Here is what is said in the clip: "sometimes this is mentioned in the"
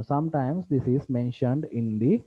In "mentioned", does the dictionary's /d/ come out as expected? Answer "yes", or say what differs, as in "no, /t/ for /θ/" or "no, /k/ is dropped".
yes